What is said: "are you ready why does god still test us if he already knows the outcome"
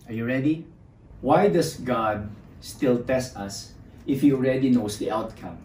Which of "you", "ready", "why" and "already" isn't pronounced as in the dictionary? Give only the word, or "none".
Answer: none